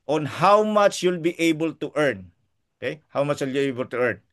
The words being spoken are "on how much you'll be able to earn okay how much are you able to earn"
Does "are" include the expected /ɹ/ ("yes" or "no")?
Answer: no